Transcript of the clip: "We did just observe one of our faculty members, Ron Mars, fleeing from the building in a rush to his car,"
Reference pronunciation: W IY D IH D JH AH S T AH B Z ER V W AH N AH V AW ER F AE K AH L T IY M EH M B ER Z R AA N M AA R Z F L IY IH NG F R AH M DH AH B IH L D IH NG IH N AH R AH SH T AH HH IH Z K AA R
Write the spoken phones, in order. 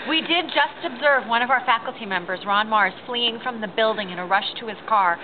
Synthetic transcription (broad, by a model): W IY D IH D JH AH S T AH B Z ER V W AH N AH V AW ER F AE K L T IY M EH M B ER Z R AA N M AA R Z F L IY IH NG F R AH M DH AH B IH L D IH NG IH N AH R AH SH T AH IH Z K AA R